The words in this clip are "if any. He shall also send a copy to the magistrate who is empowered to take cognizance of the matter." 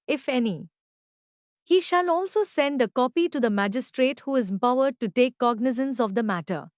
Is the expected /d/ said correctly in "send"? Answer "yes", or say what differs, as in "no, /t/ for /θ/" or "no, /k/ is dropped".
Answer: yes